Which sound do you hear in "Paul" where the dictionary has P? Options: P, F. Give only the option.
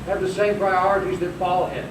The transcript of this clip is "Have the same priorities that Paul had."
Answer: F